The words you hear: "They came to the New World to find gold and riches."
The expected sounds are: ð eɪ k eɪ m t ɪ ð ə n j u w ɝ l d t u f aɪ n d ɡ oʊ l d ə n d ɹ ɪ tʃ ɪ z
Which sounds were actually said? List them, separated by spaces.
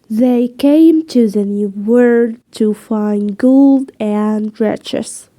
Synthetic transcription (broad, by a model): ð eɪ k eɪ m t ɪ ð ə n j u w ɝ d t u f aɪ n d ɡ oʊ l d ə n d ɹ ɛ tʃ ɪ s